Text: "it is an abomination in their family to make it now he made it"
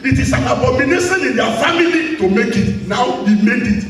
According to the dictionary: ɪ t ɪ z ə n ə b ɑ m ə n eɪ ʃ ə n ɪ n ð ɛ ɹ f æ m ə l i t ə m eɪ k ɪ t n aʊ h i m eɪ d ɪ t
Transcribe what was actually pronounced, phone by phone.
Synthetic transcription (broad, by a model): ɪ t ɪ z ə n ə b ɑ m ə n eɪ s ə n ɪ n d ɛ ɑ f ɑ m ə l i t ə m eɪ k ɪ t n aʊ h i m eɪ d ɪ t